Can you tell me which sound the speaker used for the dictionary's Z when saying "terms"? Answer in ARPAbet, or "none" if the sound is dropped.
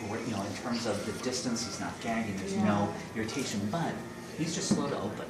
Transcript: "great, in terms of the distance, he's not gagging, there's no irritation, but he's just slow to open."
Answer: Z